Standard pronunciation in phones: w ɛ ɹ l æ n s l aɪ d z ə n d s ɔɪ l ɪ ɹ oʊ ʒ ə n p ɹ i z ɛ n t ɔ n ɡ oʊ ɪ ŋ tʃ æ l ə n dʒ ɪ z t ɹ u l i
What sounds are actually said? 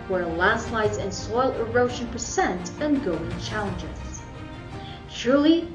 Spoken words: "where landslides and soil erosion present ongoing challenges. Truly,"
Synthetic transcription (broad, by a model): w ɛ ɹ l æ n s l aɪ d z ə n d s ɔɪ l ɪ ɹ oʊ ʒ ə n p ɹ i s ɛ n t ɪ n ɡ oʊ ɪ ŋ tʃ æ l ə n dʒ ɪ z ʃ ɹ l i